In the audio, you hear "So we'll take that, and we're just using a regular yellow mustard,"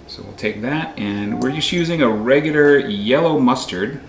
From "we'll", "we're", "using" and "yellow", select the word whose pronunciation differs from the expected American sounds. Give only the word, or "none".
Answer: none